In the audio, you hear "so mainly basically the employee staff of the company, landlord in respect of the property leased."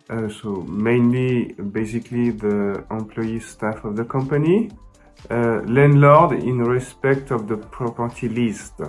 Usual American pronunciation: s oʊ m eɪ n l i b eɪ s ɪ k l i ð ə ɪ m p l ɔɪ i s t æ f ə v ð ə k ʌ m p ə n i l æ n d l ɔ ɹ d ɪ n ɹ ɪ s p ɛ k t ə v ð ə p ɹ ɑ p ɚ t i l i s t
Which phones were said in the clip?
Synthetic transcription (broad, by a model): s oʊ m eɪ n l i b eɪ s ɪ k l i ð ə ɪ m p l ɔɪ i s t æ f ə v ð ə k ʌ m p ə n i l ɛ n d l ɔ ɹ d ɪ n ɹ ɪ s p ɛ k t ə v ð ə p ɹ ɑ p ɚ t i l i s t